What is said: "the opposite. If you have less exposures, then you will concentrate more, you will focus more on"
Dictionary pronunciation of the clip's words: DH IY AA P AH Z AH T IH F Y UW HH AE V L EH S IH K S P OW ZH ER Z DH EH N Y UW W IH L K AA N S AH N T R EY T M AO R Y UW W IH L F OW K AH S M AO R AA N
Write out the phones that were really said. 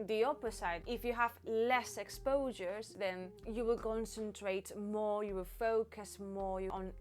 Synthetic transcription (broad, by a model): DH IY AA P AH S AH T IH F Y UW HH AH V L EH S IH K S P OW ZH ER Z DH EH N Y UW W IH L K AA N S AH N T R EY T M AO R Y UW W IH L F OW K AH S M AO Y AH N